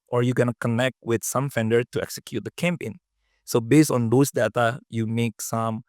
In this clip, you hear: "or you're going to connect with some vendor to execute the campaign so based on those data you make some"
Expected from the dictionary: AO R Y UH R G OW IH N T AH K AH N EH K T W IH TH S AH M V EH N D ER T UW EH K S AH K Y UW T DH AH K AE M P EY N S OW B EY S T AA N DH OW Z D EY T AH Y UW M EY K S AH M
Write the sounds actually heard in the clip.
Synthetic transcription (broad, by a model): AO R Y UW G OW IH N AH K AH N EH K T W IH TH S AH M F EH N D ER T UW EH K S AH K Y UW T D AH K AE M P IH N S OW B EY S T AA N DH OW S D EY T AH Y UW M EY K S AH M